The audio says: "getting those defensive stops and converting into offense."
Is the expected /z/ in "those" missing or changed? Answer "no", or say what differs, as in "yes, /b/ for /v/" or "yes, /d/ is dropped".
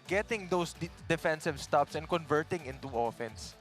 yes, /s/ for /z/